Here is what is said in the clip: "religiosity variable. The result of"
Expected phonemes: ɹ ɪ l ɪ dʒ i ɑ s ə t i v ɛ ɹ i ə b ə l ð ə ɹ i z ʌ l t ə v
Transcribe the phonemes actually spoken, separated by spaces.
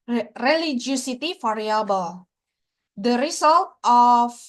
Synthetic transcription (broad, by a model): ɹ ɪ l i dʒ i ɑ s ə t i f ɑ ɹ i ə b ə l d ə ɹ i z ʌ l t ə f